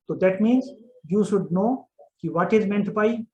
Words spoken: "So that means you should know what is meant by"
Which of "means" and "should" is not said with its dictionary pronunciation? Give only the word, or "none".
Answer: none